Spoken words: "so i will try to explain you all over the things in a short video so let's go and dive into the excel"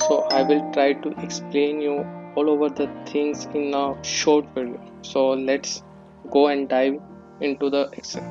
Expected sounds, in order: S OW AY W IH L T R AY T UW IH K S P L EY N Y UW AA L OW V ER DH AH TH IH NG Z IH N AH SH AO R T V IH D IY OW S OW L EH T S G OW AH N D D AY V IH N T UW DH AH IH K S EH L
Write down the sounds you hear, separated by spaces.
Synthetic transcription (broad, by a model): S OW AY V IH L T R AY T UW IH K S P L EY N Y UW AA L OW V ER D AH T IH NG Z IH N AH SH AO R T F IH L S OW L EH T S G OW AH N D D AY V IH N T UW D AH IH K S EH